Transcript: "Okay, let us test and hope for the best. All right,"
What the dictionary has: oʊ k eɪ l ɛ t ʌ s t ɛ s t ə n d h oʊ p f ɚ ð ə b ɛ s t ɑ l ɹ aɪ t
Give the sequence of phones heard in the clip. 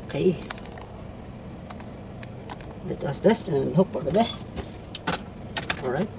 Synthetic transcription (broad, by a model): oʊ k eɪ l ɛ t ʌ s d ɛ s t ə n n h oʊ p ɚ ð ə b ɛ s t ɑ l ɹ aɪ t